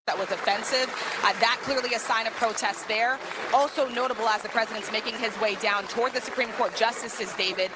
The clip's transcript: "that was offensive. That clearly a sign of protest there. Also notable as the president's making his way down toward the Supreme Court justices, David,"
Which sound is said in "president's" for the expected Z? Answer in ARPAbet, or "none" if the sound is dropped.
Z